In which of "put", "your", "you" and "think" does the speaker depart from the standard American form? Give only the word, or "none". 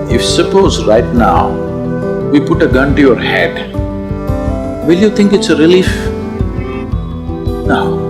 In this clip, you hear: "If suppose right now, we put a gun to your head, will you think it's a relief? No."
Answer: think